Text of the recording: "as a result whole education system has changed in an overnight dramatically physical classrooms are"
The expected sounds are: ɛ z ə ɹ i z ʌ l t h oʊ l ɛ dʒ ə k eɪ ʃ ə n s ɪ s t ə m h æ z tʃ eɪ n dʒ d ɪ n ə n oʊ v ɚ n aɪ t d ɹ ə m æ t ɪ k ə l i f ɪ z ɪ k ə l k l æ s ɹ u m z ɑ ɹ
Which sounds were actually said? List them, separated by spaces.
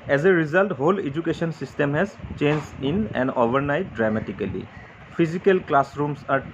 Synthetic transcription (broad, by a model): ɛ z ə ɹ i z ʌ l t h oʊ l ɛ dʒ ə k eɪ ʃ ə n s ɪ s t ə m h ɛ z tʃ eɪ n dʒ ɪ n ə n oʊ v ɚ n aɪ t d ɹ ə m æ t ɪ k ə l i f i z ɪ k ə l k l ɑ s ɹ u m s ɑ ɹ